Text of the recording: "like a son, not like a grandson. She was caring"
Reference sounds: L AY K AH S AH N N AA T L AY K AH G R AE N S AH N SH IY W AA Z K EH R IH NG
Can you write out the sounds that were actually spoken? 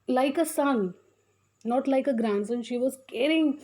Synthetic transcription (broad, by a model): L AY K AH S AH N N AA T L AY K AH G R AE N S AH N SH IY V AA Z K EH R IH NG